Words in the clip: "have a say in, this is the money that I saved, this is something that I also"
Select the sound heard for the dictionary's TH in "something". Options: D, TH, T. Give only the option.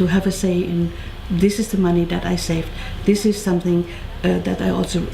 TH